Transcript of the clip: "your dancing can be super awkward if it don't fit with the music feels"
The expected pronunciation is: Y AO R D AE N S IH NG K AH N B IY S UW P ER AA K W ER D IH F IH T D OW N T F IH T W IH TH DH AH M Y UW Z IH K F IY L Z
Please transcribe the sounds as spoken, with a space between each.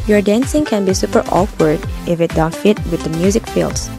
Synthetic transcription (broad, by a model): Y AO R D AE N S IH NG K AH N B IY S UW P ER AA K W ER D IH F IH T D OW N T F IH T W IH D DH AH M Y UW Z IH K F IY L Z